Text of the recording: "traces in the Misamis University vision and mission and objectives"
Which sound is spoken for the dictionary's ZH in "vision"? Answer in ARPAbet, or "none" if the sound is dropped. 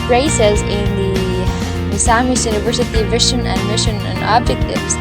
SH